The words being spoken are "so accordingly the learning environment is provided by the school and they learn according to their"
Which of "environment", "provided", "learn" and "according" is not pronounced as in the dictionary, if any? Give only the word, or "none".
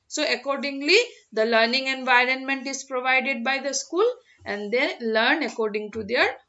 none